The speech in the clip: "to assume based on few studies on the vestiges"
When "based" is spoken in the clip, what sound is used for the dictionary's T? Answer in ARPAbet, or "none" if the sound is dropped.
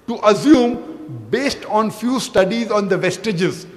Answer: T